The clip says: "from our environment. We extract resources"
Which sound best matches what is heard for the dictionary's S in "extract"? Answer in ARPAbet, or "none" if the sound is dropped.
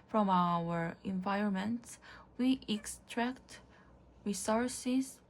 S